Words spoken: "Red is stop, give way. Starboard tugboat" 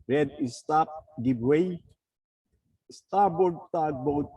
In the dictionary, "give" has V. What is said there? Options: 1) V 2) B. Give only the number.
2